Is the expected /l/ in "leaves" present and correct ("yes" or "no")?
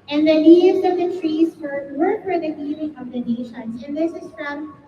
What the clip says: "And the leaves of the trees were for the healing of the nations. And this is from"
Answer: no